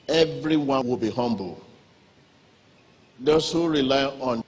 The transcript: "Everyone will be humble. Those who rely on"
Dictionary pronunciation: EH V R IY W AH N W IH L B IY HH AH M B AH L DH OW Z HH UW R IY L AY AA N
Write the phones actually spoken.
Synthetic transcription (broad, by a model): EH V R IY W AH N W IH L B IY HH AH M B AH L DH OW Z HH UW R IY L AY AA N